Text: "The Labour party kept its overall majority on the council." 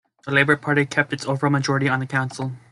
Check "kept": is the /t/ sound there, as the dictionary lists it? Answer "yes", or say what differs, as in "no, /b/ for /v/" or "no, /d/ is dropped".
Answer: yes